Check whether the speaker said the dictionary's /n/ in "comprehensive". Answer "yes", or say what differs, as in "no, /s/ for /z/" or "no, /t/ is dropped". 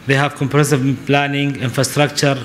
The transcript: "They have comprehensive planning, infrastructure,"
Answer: no, /n/ is dropped